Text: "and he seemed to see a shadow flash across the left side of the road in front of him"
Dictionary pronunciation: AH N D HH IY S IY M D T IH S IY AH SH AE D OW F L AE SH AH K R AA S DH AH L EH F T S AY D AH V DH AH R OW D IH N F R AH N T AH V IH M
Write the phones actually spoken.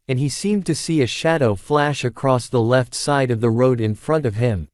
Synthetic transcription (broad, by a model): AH N IY S IY M T IH S IY AH SH AE D OW F L AE SH AH K R AA S DH AH L EH F T S AY D AH V DH AH R OW D IH N F R AH N T AH V IH M